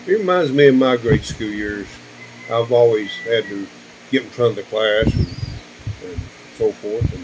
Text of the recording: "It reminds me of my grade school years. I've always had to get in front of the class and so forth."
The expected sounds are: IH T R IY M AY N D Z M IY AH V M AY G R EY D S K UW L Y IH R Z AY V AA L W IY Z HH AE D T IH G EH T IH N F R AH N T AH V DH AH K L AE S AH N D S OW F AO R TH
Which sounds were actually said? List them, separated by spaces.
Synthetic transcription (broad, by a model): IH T R IY M AY N D Z M IY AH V M AY G R EY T S K UW L Y IH R Z AY V AA L W IY Z HH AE D T IH G EH T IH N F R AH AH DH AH K L AE S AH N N S OW F AO R TH